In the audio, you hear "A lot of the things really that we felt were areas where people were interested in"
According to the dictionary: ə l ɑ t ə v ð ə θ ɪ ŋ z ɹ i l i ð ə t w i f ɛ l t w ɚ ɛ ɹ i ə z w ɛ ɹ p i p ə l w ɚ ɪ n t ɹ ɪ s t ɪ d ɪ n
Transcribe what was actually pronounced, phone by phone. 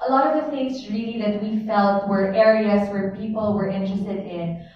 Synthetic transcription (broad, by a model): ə l ɑ t ə v ð ə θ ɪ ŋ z ɹ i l i ð ə t w i f ɛ l t w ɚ ɛ ɹ i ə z w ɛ ɹ p i p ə l w ɚ ɪ n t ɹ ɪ s t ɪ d ɪ n